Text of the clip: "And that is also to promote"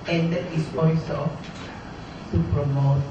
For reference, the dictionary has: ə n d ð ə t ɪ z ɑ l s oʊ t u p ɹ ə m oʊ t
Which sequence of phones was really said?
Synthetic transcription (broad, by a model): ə n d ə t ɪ s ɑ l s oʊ s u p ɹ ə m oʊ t